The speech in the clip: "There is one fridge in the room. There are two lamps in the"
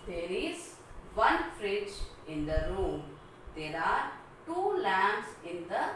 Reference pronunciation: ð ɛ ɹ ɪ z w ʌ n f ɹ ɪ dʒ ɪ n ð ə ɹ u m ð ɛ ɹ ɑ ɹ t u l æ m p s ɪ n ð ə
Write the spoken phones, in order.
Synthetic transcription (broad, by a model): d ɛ ɹ ɪ z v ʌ n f ɹ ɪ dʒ ɪ n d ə ɹ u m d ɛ ɹ ɑ ɹ t u l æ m s ɪ n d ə